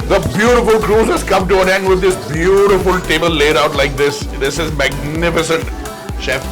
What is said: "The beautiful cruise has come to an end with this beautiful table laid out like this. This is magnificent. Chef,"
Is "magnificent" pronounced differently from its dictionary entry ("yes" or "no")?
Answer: no